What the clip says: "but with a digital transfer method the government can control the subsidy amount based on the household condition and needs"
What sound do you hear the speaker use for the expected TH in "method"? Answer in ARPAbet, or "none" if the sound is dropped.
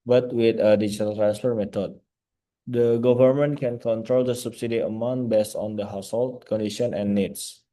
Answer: T